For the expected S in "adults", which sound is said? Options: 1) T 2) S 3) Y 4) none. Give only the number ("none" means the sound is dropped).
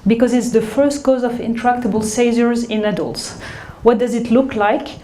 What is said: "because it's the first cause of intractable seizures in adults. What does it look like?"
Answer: 2